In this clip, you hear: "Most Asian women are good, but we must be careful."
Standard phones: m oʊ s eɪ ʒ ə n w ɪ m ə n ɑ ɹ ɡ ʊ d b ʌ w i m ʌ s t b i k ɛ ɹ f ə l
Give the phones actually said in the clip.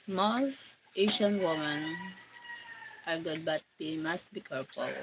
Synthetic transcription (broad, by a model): m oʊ s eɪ ʃ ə n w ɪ m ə n ɑ ɹ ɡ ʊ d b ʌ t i m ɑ s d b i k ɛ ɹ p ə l